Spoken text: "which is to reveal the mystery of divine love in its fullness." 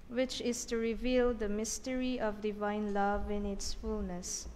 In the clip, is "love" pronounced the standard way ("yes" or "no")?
yes